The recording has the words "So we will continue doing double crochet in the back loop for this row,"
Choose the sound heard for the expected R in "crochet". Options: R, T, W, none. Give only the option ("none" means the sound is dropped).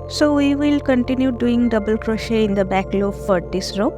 R